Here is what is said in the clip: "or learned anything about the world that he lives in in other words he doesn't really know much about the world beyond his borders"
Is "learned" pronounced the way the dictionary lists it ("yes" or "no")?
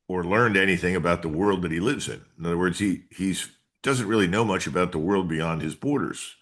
yes